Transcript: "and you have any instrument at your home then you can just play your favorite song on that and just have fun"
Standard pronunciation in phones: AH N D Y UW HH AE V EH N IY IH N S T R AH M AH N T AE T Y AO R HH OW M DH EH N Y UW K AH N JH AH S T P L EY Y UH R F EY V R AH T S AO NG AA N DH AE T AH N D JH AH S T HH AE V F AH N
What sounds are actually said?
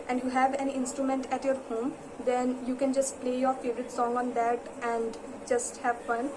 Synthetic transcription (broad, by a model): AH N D Y UW HH AE V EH N IH N S T R AH M AH N T AE T Y AO R HH OW M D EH N Y UW K AH N JH AH S T P L EY Y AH R F EY V R AH T S AO NG AA N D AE T AH N D JH AH S T HH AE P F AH N